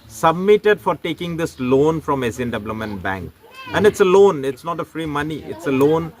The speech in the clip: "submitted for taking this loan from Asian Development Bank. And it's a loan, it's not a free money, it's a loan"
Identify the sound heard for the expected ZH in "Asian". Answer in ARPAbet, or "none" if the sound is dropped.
S